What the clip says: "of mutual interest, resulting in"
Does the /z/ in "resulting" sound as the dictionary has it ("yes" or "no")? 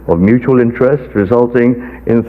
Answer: yes